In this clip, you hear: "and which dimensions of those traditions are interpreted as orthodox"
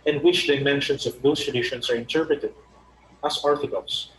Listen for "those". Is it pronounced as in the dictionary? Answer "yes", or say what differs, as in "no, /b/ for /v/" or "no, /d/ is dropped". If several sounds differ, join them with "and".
no, /s/ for /z/